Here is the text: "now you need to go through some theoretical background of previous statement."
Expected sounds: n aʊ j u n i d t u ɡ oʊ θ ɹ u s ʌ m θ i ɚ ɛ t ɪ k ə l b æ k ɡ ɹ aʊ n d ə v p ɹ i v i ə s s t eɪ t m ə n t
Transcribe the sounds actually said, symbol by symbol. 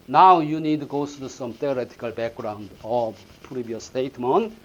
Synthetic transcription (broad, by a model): n aʊ j u n i d t u ɡ oʊ s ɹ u s ʌ m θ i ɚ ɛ t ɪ k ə l b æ k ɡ ɹ aʊ n d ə p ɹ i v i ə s s t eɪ t m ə n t